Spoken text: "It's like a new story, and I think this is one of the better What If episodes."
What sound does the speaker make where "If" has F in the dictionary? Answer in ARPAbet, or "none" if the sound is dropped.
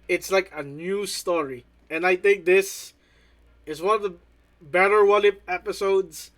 P